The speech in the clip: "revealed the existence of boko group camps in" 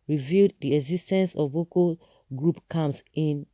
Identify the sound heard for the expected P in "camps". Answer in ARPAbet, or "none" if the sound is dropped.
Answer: none